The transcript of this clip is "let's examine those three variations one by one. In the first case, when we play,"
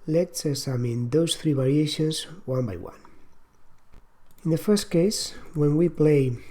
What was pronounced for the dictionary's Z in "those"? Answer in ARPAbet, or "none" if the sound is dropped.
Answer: S